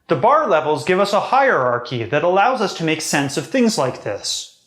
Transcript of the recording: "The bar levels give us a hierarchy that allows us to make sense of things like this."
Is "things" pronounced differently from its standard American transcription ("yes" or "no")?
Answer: no